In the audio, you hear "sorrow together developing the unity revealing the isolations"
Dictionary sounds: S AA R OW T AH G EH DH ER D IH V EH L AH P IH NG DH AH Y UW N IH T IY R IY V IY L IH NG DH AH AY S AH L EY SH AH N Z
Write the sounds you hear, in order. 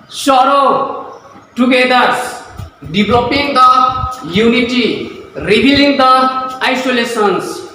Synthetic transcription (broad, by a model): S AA R OW T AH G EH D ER D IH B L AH P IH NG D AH Y UW N IH T IY R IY B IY L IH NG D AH AY S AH L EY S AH N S